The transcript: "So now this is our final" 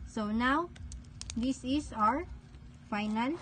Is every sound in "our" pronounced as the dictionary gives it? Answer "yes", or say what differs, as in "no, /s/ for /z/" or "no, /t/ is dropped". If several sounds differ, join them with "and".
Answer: yes